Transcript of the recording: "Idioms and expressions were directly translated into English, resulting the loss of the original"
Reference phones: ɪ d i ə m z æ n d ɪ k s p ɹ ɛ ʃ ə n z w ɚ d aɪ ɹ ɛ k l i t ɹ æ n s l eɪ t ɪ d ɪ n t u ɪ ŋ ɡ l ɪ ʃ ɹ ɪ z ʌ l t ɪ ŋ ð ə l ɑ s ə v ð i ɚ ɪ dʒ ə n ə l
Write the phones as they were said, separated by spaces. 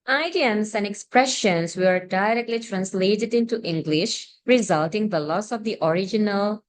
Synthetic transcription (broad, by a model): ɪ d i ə m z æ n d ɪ k s p ɹ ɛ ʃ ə n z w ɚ d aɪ ɹ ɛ k l i t ɹ æ n s l eɪ t ɪ d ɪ n t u ɪ ŋ ɡ l ɪ ʃ ɹ ɪ z ʌ l t ɪ ŋ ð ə l ɑ s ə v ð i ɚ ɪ dʒ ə n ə l